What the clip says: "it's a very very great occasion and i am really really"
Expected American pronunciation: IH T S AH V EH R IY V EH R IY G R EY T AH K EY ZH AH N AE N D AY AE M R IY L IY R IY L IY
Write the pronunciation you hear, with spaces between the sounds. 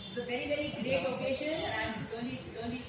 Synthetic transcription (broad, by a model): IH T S AH V EH R IY V EH R IY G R EY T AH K EY SH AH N AE N D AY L IY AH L IY